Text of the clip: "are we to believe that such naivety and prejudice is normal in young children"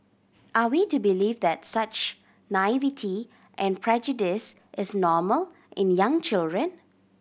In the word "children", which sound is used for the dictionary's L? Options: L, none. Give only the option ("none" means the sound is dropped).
L